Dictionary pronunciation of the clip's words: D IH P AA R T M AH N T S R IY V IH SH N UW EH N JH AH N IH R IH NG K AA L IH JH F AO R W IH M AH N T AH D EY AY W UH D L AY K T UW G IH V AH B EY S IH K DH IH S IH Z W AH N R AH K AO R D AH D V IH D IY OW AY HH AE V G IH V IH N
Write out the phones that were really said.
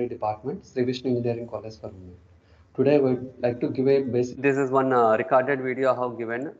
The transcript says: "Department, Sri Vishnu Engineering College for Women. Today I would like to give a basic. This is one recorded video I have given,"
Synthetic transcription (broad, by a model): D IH P AA R T M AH N T S R IY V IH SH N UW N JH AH AH R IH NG K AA L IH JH F AO R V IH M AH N T AH D EY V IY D L AY K T UW G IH V AH B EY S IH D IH S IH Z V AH N R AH K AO R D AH D V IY D IY OW HH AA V G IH V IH N